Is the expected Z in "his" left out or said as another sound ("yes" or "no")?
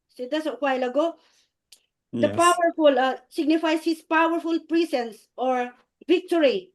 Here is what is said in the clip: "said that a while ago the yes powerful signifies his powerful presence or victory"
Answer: yes